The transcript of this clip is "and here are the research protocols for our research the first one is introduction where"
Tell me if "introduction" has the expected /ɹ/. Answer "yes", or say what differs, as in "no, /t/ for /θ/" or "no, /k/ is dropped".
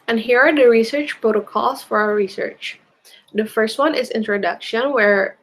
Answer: yes